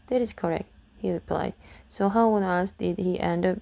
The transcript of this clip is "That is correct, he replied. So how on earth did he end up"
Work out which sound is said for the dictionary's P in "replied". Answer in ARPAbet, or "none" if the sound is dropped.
P